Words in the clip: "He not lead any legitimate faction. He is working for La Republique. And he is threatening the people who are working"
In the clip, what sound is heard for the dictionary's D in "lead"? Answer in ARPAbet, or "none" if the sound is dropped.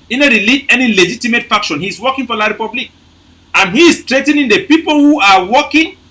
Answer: none